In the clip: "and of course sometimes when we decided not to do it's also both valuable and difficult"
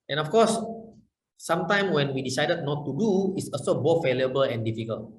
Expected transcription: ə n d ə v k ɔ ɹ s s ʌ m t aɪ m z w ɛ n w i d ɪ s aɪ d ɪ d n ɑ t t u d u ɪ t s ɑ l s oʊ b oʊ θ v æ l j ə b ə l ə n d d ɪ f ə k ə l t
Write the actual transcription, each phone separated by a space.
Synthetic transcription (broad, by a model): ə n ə f k ɔ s s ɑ m t aɪ m w ɛ n w i d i s aɪ d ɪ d n ɑ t t u d u ɪ t s ɑ l s oʊ b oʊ t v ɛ l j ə b ə l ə n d d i f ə k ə l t